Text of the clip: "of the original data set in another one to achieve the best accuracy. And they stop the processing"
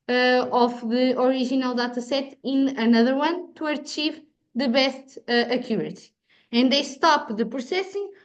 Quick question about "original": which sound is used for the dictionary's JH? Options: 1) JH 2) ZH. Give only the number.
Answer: 2